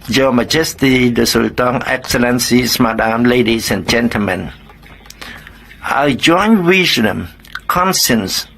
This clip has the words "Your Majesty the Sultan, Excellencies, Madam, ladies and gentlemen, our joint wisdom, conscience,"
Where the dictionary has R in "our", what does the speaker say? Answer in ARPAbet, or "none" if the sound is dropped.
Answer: L